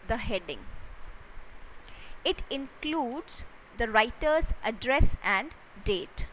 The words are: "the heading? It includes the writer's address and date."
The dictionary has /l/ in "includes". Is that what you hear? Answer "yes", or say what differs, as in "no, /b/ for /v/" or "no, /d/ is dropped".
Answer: yes